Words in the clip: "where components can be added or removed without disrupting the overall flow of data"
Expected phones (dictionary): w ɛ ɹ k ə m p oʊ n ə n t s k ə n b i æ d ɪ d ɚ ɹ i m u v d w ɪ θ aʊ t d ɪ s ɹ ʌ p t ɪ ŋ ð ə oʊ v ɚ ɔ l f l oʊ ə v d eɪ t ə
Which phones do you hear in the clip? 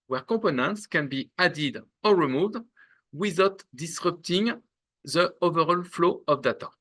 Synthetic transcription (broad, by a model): w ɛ ɹ k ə p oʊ n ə n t s k ə n b i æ d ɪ d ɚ ɹ i m u v d w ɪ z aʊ t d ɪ s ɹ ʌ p t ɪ ŋ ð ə oʊ v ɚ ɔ l f l oʊ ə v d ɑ t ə